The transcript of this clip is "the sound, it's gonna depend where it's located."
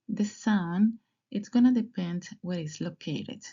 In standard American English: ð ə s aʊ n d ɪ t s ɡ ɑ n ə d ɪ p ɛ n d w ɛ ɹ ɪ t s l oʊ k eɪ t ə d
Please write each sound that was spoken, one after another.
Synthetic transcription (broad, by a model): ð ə s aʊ n ɪ t s ɡ ɑ n ə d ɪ p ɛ n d w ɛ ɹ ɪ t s l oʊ k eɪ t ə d